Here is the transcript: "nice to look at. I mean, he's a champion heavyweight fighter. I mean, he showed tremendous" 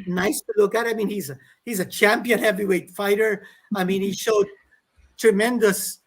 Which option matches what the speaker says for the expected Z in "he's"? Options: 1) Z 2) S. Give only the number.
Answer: 1